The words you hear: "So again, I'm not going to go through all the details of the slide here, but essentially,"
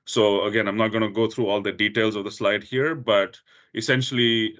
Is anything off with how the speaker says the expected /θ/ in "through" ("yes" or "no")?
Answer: yes